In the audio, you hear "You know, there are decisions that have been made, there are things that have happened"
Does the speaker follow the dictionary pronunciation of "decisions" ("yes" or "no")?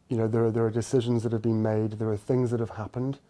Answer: yes